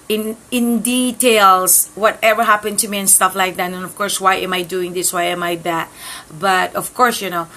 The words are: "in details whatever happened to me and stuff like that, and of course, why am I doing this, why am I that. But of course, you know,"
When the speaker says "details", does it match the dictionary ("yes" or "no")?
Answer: no